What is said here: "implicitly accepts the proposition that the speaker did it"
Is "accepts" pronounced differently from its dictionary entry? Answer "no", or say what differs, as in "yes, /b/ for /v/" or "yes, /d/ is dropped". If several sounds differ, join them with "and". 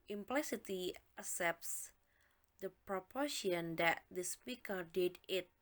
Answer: yes, /k/ is dropped